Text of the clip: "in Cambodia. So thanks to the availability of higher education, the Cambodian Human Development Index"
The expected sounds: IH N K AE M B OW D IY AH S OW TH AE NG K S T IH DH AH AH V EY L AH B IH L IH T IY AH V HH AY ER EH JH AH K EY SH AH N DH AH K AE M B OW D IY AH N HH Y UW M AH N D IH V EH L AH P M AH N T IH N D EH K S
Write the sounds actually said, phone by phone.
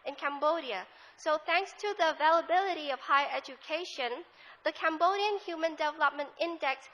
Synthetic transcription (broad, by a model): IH N K AE M B OW D IY AH S OW TH AE NG K S T IH DH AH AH V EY L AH B IH L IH T IY AH V HH AY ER EH JH AH K EY SH AH N DH AH K AE M B OW D IY AH N HH Y UW M AH N D IH V EH L AH P M AH N T IH N D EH K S